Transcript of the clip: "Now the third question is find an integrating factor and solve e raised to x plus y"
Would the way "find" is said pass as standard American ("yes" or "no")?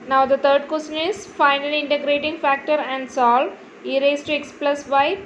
no